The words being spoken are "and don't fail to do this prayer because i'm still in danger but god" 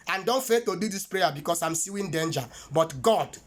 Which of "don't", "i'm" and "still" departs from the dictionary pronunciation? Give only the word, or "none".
still